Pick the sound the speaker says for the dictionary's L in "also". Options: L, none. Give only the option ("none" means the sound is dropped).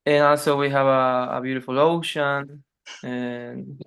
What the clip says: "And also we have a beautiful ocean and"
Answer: L